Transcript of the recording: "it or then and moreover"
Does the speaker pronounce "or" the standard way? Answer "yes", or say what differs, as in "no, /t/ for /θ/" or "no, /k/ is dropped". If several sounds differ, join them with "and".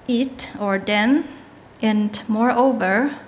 yes